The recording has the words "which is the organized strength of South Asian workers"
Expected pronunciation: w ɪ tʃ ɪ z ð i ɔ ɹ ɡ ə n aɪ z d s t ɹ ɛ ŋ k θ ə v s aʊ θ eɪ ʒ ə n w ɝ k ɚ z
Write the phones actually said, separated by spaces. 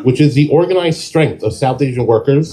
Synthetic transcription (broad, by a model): w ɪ tʃ ɪ z ð i ɔ ɹ ɡ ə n aɪ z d s t ɹ ɛ ŋ k θ ə v s aʊ θ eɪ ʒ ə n w ɝ k ɚ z